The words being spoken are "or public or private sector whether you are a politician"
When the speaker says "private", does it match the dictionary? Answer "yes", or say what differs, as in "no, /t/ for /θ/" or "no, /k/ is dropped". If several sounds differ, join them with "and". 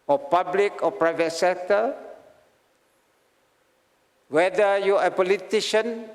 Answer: yes